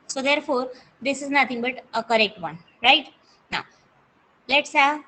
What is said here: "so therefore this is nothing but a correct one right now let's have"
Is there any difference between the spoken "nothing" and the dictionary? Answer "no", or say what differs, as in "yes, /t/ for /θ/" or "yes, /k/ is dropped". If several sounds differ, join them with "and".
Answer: yes, /t/ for /θ/